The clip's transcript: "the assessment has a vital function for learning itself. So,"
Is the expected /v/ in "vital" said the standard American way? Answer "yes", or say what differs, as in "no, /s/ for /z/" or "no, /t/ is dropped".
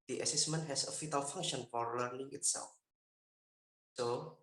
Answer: no, /f/ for /v/